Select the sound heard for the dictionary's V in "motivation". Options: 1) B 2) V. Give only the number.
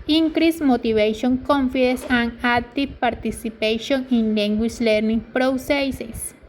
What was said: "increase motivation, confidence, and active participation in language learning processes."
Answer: 1